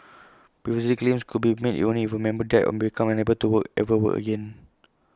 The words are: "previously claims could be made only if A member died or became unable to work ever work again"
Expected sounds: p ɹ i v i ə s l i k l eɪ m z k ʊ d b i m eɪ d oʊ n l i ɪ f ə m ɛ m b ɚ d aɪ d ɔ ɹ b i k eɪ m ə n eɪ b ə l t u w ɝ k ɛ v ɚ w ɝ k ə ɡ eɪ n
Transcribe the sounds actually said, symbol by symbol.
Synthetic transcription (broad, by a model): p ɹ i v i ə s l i k l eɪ m s k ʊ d b i m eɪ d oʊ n i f ə m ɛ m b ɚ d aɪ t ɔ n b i k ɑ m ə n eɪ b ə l t u w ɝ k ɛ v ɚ w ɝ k ə ɡ eɪ n